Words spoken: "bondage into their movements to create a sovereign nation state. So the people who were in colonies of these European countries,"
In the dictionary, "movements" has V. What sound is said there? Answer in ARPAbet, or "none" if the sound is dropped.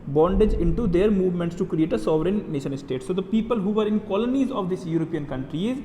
V